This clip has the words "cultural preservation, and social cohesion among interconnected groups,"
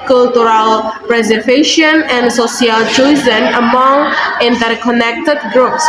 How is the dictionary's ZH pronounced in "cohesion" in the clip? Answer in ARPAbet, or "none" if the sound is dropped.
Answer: Z